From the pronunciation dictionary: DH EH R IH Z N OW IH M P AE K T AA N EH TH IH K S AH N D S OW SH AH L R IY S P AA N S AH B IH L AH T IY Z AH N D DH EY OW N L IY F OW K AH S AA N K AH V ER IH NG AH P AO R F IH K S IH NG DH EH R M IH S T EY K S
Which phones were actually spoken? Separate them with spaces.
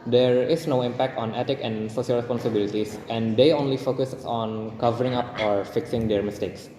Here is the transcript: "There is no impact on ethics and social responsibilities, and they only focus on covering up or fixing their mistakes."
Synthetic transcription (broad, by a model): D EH R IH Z N OW IH M P AE K T AA N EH T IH K AH N D S OW SH AH L R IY S P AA N S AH B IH L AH T IY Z AH N D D EY OW N L IY F OW K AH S AA N K AH V ER IH NG AH P AO R F IH K S IH NG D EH R M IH S T EY K S